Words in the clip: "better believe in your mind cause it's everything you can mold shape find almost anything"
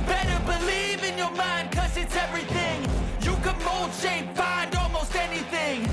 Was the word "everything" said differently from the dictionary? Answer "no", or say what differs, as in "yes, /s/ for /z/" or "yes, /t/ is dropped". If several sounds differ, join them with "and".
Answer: no